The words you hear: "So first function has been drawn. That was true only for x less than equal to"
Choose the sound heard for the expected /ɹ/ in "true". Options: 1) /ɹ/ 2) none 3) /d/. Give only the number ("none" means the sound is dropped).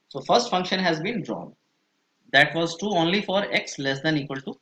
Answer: 2